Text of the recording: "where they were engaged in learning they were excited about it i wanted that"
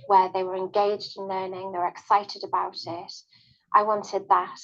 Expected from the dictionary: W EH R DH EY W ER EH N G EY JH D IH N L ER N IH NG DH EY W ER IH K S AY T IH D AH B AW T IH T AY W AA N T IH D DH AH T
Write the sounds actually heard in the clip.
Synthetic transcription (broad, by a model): W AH DH EY W ER EH N G EY JH D IH N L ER N IH NG DH EY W ER IH K S AY T IH D AH B AW T IH T AY W AA N T IH D DH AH T